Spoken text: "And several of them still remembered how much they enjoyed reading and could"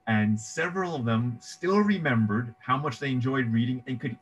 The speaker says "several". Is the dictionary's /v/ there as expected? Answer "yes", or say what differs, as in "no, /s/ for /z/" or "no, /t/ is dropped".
yes